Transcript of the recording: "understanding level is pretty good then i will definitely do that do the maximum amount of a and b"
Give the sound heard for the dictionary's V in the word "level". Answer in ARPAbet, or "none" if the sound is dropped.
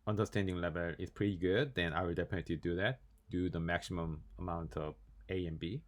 V